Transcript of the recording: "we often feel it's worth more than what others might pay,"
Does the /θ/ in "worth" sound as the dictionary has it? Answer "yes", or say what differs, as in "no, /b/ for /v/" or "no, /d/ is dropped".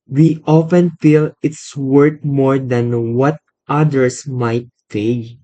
no, /t/ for /θ/